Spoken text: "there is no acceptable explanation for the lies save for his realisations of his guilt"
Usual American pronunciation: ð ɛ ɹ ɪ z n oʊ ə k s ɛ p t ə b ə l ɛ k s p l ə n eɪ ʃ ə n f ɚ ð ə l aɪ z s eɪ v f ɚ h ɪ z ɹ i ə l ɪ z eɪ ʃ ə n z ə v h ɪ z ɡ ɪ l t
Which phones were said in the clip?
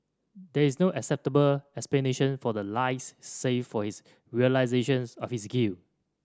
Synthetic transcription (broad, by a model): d ɛ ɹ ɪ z n oʊ ə k s ɛ p t ə b ə l ɛ k s p l ə n eɪ ʃ ə n f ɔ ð ə l aɪ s eɪ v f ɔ h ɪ s ɹ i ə l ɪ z eɪ ʃ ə n s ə f h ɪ s ɡ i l